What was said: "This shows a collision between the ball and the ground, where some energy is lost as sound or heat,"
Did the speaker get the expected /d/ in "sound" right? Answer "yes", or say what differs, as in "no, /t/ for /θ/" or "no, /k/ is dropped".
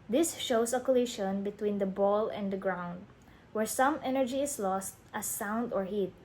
yes